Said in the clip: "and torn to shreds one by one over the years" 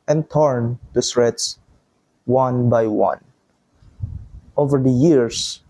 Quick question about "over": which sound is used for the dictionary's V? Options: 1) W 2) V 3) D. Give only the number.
2